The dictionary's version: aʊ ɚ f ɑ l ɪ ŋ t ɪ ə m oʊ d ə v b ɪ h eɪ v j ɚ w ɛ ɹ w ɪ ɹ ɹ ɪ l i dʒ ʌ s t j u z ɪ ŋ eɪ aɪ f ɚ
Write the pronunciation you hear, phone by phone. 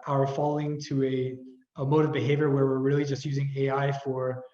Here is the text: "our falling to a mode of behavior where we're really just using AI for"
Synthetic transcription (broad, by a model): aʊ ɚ f ɑ l ɪ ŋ t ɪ ə m oʊ d ə v b ɪ h eɪ v j ɚ w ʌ ɹ w ɪ ɹ ɹ ɪ l i dʒ ʌ s t j u z ɪ ŋ eɪ aɪ f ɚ